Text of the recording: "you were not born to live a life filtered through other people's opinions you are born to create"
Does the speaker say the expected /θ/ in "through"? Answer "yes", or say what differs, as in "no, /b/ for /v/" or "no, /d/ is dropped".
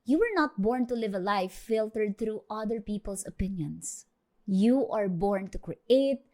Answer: no, /t/ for /θ/